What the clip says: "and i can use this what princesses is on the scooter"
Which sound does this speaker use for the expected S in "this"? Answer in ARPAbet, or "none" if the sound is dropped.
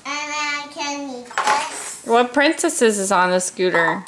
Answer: none